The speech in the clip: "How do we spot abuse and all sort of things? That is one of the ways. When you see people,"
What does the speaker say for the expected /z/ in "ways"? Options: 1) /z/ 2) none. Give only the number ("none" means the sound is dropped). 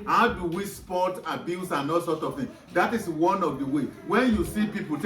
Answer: 2